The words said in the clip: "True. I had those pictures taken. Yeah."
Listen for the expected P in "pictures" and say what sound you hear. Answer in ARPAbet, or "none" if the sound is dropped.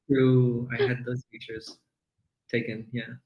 F